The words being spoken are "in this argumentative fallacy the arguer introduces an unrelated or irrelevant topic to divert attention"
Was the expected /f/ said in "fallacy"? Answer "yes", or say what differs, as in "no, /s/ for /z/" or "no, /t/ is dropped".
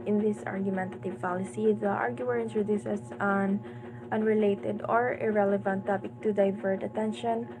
no, /p/ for /f/